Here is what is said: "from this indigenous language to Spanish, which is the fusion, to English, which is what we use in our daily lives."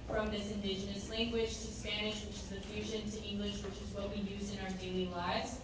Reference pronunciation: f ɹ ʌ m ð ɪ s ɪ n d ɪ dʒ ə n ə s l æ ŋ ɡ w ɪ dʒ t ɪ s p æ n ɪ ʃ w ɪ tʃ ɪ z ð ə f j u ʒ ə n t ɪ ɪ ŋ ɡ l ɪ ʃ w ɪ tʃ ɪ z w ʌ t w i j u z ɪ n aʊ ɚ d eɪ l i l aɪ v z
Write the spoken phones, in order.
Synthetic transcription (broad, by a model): f ɹ ʌ m ð ɪ s ɪ n d ɪ dʒ ə n ə s l æ ŋ ɡ w ɪ dʒ t ɪ s p æ n ɪ ʃ w ɪ tʃ ɪ z ð ə f j u ʒ ə n t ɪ ɪ ŋ ɡ l ɪ ʃ w ɪ tʃ ɪ z w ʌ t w i j u z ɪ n aʊ ɚ d eɪ l i l aɪ v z